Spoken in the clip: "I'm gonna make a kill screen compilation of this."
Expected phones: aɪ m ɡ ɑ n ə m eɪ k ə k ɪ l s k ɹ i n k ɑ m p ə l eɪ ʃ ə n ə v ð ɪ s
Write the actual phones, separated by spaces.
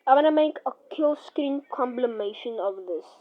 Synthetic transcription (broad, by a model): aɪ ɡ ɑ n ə m eɪ k ə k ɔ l s k ɹ i n k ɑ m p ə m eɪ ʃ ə n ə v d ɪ s